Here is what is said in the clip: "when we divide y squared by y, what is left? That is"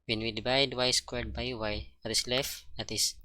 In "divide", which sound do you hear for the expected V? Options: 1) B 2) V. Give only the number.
1